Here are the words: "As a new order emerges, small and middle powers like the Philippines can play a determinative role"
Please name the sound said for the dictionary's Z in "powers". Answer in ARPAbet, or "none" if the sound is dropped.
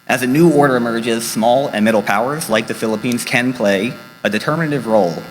Z